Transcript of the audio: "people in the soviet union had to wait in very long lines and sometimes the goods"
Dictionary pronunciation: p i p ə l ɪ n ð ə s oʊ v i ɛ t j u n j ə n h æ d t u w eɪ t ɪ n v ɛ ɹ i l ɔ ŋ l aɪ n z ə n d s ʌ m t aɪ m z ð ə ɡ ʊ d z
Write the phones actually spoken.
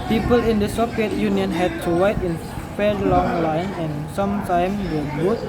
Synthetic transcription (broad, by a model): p i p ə l ɪ n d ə s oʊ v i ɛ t j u n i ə n h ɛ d t u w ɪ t ɪ n f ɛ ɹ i l ɔ ŋ l aɪ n ə n s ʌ m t aɪ m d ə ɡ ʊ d